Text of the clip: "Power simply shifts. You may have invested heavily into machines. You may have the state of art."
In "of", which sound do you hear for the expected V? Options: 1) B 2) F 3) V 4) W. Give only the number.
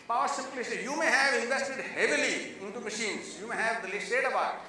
1